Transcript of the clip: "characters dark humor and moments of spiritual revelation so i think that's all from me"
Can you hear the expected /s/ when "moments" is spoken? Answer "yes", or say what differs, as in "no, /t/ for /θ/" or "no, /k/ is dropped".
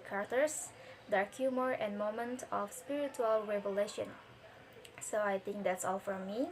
no, /s/ is dropped